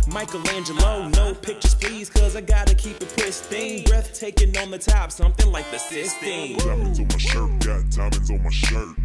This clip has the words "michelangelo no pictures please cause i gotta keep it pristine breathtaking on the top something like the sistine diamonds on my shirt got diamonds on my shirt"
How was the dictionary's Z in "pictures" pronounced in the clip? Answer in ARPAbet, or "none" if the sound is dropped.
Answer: none